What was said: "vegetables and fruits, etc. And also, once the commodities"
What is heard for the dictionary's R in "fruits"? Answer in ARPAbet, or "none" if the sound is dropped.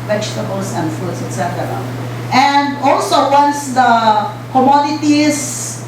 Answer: none